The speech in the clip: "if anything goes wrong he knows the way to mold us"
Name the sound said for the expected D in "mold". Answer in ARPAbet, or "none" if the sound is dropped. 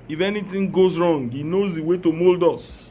D